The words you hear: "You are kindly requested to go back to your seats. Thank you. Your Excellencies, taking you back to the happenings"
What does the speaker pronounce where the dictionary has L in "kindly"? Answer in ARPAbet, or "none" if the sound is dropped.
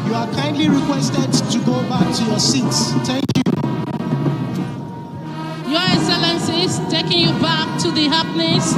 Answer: L